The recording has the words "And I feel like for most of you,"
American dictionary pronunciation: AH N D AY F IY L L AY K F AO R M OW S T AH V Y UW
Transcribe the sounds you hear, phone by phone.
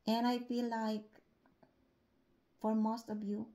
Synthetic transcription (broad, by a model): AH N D AY P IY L L AY K F AO R M OW S T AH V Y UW